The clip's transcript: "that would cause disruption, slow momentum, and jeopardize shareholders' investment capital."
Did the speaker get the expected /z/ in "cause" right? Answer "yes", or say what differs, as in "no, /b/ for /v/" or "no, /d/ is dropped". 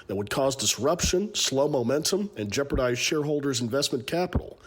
yes